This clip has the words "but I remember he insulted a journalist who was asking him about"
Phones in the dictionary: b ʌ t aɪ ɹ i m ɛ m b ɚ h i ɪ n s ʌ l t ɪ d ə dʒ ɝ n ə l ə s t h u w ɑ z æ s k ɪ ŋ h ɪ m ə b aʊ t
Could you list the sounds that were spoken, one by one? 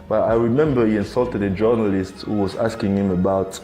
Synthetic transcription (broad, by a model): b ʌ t aɪ ɹ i m ɛ m b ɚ h i ɪ n s ʌ l t ɪ d ə dʒ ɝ n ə l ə s t h u w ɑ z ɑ s k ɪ ŋ h ɪ m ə b aʊ t